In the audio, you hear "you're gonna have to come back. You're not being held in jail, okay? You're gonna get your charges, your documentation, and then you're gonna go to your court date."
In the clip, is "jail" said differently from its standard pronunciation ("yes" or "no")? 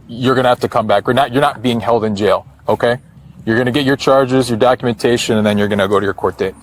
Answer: no